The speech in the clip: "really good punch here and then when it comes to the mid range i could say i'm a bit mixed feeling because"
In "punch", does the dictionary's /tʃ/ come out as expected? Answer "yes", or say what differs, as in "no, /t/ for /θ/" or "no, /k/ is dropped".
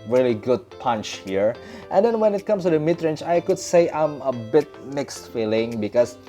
yes